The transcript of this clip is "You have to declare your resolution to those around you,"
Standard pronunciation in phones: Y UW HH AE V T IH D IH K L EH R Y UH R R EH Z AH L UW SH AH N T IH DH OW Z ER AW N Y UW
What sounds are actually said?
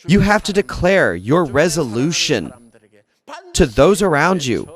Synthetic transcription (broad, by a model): Y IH HH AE F T IH D IH K L EH R Y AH R R EH Z AH L UW SH AH N T IH DH OW Z ER AW N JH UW